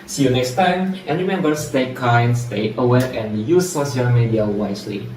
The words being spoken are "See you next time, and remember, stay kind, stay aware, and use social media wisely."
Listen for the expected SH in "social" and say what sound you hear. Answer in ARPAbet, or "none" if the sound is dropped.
none